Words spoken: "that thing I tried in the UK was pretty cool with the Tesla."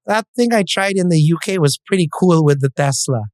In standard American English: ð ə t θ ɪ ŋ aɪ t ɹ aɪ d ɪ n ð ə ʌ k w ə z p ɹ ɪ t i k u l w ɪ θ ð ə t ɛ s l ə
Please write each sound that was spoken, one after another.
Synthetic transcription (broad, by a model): ð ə t θ ɪ ŋ aɪ t ɹ aɪ d ɪ n ð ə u k w ə z p ɹ ɪ t i k u l w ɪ ð ə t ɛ s l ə